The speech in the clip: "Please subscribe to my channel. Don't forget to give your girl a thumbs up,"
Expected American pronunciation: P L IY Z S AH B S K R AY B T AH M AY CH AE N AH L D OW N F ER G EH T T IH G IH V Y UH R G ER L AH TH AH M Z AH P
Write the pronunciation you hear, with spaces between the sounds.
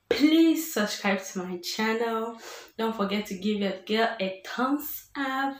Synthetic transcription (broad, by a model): P L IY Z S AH S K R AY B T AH M AY CH AE N AH L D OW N F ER G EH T T IH G IH V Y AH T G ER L AH T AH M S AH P